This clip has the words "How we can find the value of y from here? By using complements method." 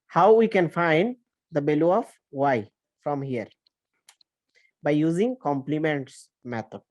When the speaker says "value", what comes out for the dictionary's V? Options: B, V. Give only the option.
B